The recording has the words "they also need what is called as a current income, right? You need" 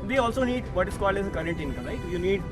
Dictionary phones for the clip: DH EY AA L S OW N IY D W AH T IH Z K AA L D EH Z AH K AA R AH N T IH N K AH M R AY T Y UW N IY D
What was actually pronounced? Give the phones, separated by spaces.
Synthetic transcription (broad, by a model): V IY AA L S OW N IY D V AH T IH S K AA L EH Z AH K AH R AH N T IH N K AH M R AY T Y UW N IY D